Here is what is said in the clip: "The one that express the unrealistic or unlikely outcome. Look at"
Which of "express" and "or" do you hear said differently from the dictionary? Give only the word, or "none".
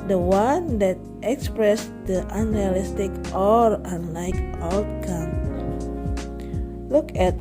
or